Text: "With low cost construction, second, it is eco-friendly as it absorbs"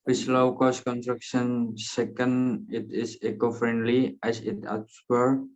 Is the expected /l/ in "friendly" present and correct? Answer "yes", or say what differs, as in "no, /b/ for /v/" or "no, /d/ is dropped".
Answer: yes